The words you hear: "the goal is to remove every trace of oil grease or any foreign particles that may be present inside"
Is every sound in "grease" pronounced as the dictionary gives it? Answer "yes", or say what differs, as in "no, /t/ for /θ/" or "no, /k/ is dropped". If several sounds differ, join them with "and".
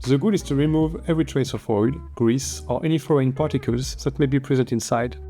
yes